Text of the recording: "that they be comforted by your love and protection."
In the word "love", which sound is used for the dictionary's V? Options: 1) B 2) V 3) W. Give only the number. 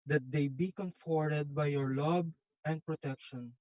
1